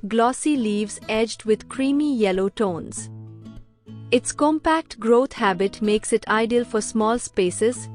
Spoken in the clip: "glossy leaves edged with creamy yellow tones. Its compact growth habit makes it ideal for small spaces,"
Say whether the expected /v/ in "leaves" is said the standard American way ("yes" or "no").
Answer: yes